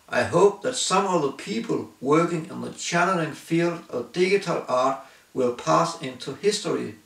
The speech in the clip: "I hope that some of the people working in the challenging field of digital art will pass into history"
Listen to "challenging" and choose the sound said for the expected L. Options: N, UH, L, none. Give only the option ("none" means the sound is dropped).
N